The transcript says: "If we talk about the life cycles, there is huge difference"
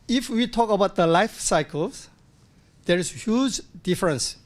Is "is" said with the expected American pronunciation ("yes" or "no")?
no